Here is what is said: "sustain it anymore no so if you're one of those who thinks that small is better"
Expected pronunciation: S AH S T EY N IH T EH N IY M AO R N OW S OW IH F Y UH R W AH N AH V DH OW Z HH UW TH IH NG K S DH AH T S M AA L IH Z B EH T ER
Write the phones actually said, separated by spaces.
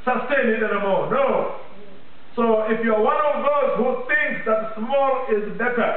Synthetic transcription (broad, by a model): S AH S T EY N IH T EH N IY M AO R N OW S OW IH F Y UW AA W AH N AH V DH OW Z HH UW TH IH NG K S DH AH T S M AA L IH Z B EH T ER